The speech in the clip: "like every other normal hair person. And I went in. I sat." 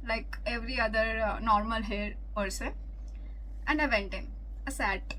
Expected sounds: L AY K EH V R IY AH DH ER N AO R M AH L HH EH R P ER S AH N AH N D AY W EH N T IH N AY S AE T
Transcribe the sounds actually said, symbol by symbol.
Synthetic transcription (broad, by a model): L AY K EH V R IY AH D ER N AO R M AH L HH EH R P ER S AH AH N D AY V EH N T IH N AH S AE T